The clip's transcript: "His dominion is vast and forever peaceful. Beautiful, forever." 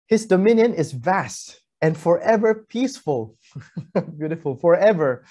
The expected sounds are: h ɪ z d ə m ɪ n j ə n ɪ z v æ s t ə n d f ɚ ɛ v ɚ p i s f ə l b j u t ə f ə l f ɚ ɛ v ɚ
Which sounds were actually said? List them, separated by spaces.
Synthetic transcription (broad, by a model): h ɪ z d ə m ɪ n j ə n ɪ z v æ s t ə n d f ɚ ɛ v ɚ p i s f ə l b j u t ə f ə l f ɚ ɛ v ɚ